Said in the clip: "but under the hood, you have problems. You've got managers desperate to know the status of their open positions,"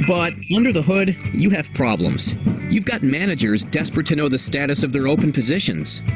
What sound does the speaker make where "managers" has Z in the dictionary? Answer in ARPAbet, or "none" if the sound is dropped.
Z